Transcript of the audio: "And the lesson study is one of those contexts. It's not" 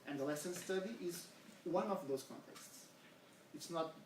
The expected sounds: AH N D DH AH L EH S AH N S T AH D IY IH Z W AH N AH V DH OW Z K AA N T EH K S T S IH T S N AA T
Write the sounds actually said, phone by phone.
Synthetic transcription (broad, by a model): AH N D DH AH L EH S AH N S T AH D IY IH Z W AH N AH V DH OW Z K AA N T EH K S T S IH T S N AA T